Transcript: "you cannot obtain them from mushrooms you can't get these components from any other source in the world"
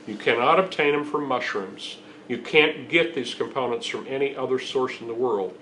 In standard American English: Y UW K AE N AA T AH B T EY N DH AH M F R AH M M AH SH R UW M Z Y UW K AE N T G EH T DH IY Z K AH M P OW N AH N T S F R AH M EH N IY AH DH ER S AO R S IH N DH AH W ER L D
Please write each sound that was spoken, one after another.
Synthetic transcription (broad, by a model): Y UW K AE N AA T AH B T EY N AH M F R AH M M AH SH R UW M Z Y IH K AE N G EH T DH IY Z K AH M P OW N AH N T S F R AH M EH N IY AH DH ER S AO R S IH N DH AH W ER L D